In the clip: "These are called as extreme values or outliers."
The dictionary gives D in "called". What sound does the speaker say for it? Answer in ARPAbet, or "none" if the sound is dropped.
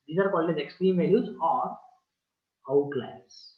none